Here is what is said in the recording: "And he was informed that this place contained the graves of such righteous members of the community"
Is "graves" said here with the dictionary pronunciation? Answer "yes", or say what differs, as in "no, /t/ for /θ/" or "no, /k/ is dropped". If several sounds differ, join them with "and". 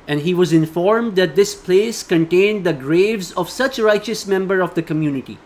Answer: yes